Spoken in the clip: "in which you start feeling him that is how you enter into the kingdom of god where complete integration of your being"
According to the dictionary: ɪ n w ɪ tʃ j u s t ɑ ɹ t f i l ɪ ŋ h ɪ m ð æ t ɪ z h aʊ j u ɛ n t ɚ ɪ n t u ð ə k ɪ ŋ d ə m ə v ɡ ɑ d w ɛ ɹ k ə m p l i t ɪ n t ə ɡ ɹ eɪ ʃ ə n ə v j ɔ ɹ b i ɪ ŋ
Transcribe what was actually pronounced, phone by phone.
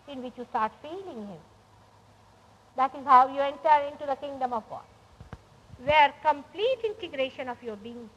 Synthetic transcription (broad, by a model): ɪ n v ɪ tʃ j u s t ɑ ɹ t f i l ɪ ŋ h ɪ m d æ t ɪ z h aʊ j u ɛ n t ɚ ɪ n t u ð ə k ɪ ŋ d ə m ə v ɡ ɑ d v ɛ ɹ k ə m p l i t ɪ n t ə ɡ ɹ eɪ ʃ ə n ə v j ɔ ɹ b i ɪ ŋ